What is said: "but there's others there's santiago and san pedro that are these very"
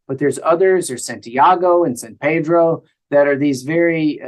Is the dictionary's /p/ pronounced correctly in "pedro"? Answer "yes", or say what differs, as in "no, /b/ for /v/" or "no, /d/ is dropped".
yes